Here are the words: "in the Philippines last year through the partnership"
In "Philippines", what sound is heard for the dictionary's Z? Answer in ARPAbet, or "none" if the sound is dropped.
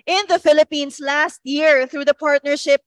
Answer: S